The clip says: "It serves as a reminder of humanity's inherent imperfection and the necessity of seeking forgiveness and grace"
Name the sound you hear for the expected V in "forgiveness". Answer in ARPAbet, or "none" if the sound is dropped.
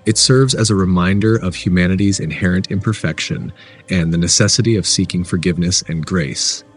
V